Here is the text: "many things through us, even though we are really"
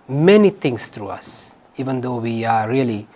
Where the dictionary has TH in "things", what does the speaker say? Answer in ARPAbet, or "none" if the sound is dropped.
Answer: T